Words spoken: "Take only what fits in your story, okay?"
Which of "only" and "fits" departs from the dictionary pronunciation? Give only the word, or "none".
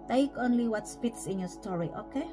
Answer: fits